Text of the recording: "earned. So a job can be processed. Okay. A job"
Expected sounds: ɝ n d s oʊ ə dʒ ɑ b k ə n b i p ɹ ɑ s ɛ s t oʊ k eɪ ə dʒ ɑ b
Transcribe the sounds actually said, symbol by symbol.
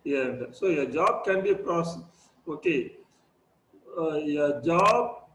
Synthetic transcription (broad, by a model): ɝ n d s oʊ ə dʒ ɑ b k ə n b i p ɹ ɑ s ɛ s oʊ k eɪ ə dʒ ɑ b